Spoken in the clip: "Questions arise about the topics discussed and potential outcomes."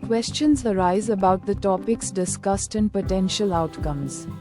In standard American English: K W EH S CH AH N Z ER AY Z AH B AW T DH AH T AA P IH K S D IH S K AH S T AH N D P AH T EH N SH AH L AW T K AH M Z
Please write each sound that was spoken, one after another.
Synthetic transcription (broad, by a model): K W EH S CH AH N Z ER AY Z AH B AW T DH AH T AA P IH K S D IH S K AH S T AH N D P AH T EH N SH AH L AW T K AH M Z